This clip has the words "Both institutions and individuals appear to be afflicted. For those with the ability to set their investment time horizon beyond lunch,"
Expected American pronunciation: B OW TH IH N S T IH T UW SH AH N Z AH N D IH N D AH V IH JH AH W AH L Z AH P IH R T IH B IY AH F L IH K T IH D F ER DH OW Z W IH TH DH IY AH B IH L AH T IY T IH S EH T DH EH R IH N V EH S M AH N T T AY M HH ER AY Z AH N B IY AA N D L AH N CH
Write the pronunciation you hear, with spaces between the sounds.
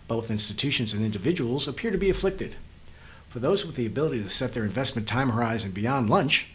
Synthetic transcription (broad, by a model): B OW TH IH N S T IH T UW SH AH N Z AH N IH N D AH V IH JH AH W L Z AH P IH R T IH B IY AH F L IH K T IH D F ER DH OW Z W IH DH IY AH B IH L AH T IY T IH S EH T DH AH R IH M V EH S M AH N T T AY M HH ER AY Z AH N B IY AA N D L AH N CH